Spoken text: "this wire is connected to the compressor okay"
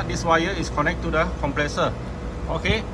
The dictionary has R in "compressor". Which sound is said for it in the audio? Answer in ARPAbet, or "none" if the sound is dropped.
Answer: L